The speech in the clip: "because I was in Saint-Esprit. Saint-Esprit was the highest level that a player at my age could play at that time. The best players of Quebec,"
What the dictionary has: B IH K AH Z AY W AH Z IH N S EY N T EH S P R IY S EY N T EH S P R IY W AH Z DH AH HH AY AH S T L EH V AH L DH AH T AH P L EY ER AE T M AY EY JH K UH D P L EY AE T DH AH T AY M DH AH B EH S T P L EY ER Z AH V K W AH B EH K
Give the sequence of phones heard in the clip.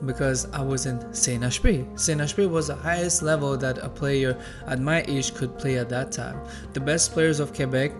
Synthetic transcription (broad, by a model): B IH K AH Z AY W AH Z IH N S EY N EH SH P IY S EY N EH SH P IY W AH Z DH AH HH AY AH S T L EH V AH L DH AH T AH P L EY ER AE T M AY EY SH K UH D P L EY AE T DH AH T AY M DH AH B EH S T P L EY ER Z AH V K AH B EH K